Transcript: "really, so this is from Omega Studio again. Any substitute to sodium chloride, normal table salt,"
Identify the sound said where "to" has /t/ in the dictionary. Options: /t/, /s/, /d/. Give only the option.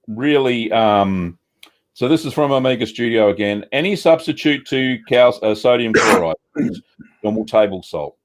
/s/